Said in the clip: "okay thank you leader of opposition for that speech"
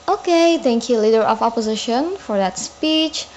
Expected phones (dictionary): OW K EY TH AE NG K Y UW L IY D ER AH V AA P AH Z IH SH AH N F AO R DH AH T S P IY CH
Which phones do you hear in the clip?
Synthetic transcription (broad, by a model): OW K EY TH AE NG K Y UW L IY D ER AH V AA P AH Z IH SH AH N F AO R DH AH T S P IY CH